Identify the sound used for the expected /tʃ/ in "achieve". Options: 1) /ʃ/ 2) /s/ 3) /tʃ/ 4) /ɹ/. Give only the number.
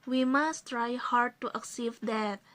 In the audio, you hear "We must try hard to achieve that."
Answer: 2